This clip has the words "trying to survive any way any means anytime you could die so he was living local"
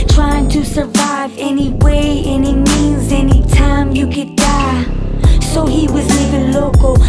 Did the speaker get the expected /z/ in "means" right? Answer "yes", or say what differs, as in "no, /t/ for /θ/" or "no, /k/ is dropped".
yes